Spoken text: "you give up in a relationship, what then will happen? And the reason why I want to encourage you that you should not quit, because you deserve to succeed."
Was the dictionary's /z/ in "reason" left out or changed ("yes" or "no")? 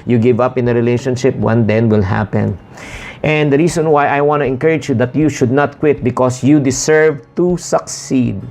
yes